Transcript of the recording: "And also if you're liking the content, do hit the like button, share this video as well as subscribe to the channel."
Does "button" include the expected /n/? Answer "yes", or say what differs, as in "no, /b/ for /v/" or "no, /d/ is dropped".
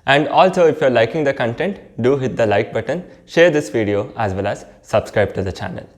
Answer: yes